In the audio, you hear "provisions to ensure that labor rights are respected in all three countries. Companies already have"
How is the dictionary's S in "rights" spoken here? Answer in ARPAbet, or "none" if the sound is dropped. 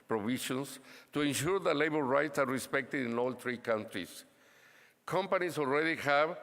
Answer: S